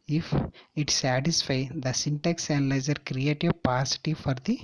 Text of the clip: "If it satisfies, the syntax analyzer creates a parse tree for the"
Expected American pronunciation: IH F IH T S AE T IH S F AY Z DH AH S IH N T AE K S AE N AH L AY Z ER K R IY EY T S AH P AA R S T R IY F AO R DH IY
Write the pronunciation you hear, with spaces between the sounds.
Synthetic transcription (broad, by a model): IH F IH T S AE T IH S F AY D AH S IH N T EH K S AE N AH L AY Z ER K R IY EY T AH P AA S T IY F AO R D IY